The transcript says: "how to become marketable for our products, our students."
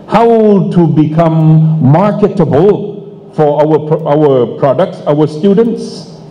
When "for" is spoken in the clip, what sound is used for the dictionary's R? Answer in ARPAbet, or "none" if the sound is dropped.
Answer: W